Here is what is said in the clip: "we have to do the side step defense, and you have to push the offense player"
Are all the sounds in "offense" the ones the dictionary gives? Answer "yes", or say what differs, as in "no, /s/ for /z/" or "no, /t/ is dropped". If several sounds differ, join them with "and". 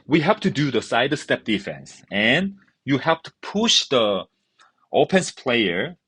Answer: no, /p/ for /f/